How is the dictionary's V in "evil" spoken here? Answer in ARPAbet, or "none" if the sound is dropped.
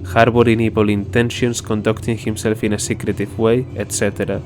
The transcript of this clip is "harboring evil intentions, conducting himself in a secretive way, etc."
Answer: P